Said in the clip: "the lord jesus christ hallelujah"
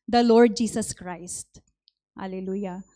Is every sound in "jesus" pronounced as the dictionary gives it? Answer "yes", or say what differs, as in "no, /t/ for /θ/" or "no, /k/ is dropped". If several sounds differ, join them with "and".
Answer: no, /s/ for /z/